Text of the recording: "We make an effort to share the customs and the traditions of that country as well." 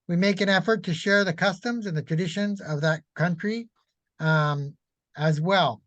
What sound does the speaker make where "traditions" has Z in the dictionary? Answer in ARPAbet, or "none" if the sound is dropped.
Z